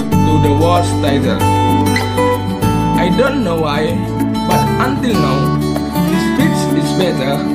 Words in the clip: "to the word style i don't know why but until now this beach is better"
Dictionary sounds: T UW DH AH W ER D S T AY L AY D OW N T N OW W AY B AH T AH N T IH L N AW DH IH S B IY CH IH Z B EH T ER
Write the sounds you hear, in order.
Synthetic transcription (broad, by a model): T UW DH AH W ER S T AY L AY D OW N T N OW W AY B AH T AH N T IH L N AW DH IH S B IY S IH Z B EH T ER